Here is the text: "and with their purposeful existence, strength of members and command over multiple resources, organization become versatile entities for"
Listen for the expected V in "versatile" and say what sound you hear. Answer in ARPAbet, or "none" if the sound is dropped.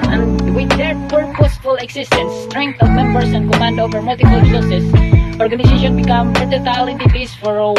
P